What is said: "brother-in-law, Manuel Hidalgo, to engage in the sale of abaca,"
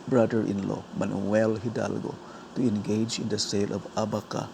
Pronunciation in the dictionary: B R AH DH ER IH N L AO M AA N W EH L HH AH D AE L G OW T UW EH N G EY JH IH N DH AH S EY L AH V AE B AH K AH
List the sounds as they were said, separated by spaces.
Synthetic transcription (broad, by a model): B R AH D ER IH N L AO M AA N W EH L HH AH D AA L G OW T UW EH N G EY JH IH N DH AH S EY L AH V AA B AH K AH